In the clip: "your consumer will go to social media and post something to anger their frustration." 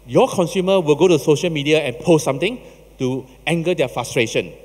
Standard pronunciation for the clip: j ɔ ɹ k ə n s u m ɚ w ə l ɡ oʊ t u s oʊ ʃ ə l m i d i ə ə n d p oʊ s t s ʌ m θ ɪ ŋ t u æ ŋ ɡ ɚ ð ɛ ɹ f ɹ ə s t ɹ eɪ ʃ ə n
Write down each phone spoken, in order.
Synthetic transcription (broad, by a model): j ɔ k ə n s u m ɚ w ə l ɡ oʊ t u s oʊ ʃ ə l m i d i ə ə n p oʊ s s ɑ m t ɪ ŋ t u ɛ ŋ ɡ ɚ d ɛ f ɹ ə s t ɹ eɪ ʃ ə n